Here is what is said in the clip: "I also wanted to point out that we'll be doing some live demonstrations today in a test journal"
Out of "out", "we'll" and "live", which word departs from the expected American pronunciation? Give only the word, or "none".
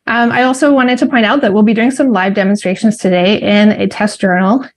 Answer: none